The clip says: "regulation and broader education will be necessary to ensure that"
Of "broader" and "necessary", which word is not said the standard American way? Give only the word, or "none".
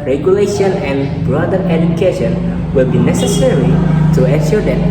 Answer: none